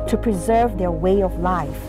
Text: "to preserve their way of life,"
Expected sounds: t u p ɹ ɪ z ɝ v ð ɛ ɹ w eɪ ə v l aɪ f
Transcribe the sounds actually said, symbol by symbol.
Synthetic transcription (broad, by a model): t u p ɹ ɪ z ɝ v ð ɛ ɹ w eɪ ə v l aɪ f